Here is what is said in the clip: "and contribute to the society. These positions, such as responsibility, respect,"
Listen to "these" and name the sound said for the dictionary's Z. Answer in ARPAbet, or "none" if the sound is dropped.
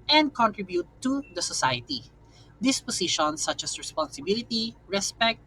S